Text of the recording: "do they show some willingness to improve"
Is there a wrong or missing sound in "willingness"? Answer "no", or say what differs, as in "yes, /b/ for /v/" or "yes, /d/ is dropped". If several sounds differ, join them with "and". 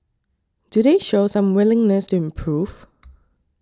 no